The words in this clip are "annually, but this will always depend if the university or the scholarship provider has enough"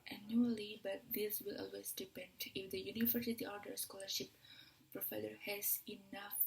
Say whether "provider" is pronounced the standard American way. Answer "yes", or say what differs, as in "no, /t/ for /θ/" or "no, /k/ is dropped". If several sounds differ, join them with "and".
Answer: no, /f/ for /v/